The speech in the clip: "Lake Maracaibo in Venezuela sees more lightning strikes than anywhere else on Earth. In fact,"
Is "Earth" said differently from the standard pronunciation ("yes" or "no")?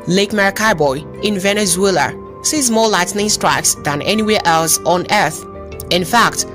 no